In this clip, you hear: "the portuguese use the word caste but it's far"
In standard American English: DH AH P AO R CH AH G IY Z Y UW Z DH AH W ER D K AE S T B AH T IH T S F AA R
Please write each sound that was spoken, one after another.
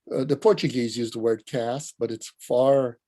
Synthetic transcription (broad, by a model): DH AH P AO R CH AH G IY Z Y UW Z DH AH W ER D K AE S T B AH T IH T S F AA R